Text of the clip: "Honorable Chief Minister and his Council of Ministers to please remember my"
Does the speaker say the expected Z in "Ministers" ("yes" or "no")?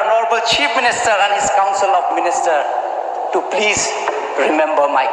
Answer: no